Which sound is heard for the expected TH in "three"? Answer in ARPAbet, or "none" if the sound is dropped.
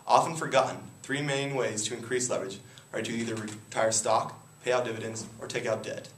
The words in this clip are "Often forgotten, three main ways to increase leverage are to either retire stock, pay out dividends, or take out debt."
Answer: TH